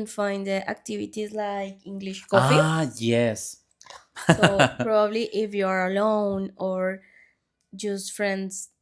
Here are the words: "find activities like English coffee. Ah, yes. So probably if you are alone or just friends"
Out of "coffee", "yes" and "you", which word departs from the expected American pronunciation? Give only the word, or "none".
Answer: coffee